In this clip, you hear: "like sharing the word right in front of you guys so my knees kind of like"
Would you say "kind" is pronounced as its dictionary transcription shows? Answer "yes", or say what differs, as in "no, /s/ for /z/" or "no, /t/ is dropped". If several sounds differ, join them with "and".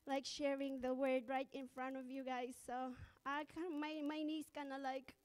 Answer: no, /d/ is dropped